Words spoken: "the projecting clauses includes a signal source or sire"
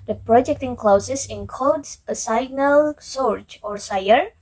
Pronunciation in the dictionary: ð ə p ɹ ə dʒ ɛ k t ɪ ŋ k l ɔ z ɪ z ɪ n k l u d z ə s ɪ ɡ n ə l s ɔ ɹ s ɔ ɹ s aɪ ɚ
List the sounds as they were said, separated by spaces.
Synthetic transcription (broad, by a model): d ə p ɹ ə dʒ ɛ k t ɪ ŋ k l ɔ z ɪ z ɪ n k ɔ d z ə s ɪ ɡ n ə l s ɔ ɹ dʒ ɔ ɹ s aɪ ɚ